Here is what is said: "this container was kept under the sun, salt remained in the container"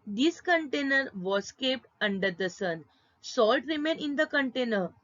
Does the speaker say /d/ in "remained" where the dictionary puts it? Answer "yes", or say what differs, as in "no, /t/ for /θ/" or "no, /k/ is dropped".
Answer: no, /d/ is dropped